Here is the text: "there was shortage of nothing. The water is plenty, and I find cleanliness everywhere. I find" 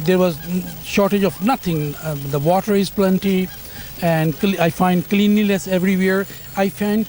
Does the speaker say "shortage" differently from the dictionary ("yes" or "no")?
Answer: no